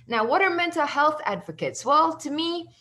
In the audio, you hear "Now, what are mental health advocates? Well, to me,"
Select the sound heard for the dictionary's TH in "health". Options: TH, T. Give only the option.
TH